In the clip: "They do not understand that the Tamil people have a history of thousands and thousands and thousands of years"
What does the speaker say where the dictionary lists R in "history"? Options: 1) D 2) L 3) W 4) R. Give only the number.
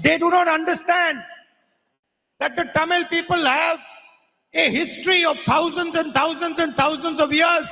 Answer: 4